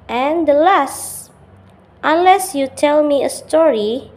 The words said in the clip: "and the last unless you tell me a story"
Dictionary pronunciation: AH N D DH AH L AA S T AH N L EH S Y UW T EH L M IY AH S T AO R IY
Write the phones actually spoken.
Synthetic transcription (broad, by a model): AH N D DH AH L AA S T AH N L EH S Y UW T EH L M IY AH S T AO R IY